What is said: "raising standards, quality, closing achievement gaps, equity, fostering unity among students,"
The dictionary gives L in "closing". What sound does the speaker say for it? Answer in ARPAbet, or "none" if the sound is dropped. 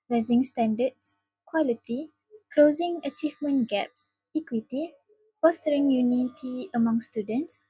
L